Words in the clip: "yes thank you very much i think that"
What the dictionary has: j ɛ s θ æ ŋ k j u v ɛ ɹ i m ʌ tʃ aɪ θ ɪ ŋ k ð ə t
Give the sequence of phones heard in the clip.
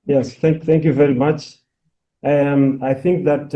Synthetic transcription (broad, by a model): j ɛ s θ æ ŋ k j u v ɛ ɹ i m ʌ tʃ aɪ θ ɪ ŋ k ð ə t